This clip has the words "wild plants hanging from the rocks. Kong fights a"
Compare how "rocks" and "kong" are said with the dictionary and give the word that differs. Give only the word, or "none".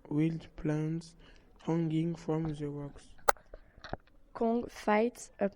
rocks